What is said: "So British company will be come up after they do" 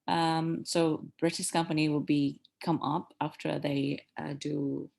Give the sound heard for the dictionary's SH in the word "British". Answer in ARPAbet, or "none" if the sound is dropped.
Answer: S